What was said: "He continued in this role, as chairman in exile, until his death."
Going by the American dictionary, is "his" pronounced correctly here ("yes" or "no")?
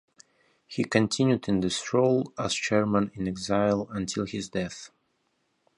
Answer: yes